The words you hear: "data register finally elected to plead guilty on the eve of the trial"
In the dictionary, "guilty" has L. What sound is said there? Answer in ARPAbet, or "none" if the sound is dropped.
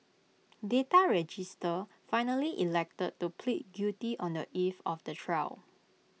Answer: none